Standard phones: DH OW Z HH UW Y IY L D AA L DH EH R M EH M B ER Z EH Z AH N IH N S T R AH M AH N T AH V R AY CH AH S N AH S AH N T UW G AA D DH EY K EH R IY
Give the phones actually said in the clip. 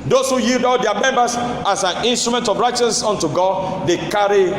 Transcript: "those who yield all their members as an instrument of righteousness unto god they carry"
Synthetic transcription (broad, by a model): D OW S HH UW Y IY L D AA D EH M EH M B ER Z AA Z AH N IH N S T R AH M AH N T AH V R AY CH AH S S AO N T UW G AA D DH EY K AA R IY